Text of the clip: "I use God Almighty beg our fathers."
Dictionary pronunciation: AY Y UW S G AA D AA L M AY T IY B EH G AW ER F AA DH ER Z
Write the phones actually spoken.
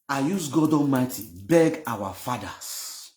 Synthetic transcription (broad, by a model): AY Y UW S G AA D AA M AY T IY B EH G AW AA F AA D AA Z